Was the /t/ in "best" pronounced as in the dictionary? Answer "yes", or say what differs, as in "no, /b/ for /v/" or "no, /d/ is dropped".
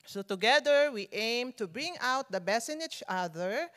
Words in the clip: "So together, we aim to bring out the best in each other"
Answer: no, /t/ is dropped